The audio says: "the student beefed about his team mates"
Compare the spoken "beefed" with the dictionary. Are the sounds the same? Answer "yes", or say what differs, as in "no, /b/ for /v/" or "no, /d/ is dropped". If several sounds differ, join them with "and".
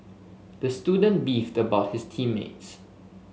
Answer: yes